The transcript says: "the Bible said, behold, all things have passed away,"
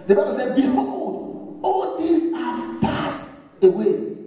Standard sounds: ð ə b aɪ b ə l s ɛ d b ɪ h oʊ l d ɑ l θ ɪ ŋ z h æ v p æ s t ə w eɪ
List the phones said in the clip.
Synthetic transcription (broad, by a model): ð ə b aɪ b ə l s ɛ d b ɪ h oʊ d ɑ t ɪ z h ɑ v p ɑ s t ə w eɪ